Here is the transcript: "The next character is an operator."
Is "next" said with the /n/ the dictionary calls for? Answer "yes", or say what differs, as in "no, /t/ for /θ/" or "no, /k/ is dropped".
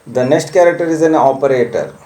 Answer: yes